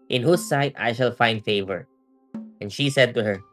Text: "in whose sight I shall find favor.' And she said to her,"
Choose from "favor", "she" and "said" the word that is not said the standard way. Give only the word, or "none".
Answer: none